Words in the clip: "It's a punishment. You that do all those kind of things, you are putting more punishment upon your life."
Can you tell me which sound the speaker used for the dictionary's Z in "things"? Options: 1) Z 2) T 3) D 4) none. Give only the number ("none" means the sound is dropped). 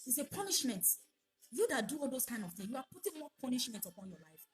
4